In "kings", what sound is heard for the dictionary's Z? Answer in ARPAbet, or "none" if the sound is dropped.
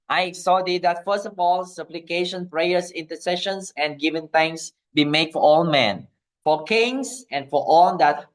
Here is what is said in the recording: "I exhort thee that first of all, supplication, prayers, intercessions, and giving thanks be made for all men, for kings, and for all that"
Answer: S